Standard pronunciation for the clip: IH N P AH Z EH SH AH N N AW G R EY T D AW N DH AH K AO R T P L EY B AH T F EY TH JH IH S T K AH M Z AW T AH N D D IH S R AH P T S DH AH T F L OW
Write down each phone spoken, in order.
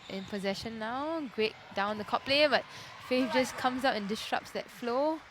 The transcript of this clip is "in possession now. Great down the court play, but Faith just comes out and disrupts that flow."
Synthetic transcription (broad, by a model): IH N P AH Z EH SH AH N N AW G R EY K D AW N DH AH K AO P P L EY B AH T F EY F JH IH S K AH M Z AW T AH N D D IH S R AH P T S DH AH T F L OW